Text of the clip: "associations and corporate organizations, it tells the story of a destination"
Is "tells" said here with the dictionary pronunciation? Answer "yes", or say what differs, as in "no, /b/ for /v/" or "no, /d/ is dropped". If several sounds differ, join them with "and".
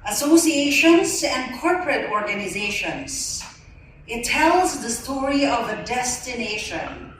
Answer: yes